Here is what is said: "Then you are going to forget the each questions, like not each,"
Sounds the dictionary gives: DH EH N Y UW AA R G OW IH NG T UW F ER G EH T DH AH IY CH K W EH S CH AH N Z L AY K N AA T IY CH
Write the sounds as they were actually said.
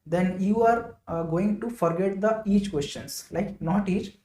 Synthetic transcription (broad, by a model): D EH N Y UW AA R G OW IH NG T UW F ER G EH T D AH IY CH K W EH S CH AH N S L AY K N AA T IY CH